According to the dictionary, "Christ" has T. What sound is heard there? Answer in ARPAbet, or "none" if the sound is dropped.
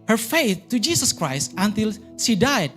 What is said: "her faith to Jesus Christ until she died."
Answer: T